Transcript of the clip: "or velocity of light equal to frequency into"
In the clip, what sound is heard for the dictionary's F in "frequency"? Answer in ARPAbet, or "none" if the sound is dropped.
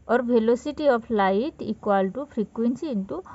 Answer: P